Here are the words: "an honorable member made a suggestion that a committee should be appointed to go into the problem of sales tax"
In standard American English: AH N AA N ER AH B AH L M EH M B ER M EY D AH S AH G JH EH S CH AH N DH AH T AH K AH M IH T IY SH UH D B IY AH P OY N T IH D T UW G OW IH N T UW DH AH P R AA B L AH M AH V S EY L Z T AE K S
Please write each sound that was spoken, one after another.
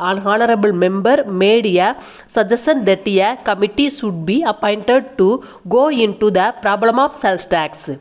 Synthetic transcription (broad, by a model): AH N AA N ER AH B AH L M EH M B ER M EY D AH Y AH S JH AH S AH N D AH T AH K AH M IH T IY S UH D B IY AH P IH N T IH D T UW G OW IH N T UW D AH P R AA B L AH M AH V S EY L S T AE K S